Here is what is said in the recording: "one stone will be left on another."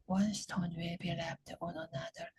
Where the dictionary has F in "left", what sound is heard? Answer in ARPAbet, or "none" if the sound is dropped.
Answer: P